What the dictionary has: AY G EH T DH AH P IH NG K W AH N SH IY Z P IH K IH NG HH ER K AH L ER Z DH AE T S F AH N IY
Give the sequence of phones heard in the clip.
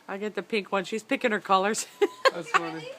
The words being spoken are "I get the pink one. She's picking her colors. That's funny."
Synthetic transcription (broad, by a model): AY G EH T DH AH P IH NG K W AH N SH IY Z P IH K IH NG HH ER K AH L ER Z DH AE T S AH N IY